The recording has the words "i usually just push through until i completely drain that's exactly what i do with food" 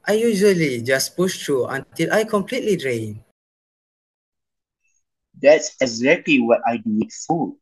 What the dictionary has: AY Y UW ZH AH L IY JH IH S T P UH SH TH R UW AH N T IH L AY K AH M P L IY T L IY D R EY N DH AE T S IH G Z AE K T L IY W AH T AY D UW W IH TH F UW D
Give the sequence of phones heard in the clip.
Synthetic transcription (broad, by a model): AY Y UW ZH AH L IY JH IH S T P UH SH T R UW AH N T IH L AY K AH M P L IY T L IY D R EY N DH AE T S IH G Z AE K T L IY W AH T AY D UW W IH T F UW